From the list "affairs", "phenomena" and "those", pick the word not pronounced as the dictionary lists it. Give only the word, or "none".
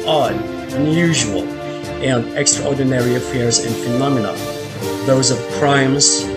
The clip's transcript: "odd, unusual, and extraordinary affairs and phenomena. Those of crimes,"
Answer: none